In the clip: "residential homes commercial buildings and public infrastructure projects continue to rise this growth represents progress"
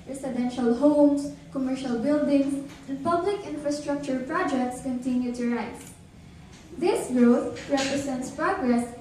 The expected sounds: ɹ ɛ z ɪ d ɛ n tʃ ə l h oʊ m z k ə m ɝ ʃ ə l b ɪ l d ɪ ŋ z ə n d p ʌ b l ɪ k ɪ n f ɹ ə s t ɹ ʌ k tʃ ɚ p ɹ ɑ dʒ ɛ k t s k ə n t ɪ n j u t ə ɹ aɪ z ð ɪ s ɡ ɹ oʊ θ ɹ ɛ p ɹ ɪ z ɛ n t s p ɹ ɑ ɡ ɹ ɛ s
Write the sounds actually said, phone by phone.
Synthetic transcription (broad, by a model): ɹ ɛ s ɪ d ɛ n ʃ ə l h oʊ m s k ə m ɝ ʃ ə l b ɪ l d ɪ ŋ s ə n d p ʌ b l ɪ k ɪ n f ɹ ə s t ɹ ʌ k tʃ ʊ p ɹ ɑ dʒ ɛ k t s k ə n t ɪ n j u t ə ɹ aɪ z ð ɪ s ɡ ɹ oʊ t ɹ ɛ p ɹ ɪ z ɛ n t s p ɹ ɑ ɡ ɹ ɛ s